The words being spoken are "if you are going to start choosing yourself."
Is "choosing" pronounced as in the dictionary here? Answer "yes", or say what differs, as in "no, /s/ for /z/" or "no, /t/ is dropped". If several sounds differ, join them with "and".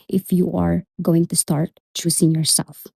no, /s/ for /z/